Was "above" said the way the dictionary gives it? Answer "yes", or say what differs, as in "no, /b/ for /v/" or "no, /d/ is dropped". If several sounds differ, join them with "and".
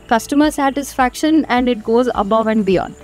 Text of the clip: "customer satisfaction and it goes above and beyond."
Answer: yes